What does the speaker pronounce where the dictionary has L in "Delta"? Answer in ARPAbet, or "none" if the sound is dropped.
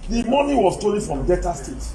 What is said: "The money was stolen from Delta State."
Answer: none